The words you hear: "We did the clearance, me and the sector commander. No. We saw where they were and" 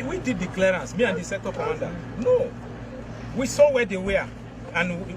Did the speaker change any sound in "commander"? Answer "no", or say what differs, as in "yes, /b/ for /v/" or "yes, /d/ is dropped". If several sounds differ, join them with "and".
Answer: yes, /m/ is dropped